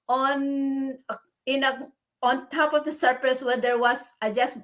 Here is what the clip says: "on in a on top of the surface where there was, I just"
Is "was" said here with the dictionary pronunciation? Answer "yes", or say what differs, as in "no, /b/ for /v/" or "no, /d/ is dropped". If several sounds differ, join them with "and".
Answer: no, /s/ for /z/